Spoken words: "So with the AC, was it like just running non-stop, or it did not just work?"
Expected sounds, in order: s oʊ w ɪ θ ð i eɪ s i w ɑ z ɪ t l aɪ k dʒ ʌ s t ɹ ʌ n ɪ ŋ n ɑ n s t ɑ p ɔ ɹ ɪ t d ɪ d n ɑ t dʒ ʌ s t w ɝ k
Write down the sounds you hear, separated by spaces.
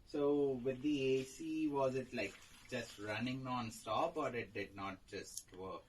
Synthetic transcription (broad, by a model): s oʊ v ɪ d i eɪ s i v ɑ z ɪ t l aɪ k dʒ ʌ s t ɹ ʌ n ɪ ŋ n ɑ n s t ɑ p ɔ ɹ ɪ t d ɪ d n ɑ t dʒ ʌ s t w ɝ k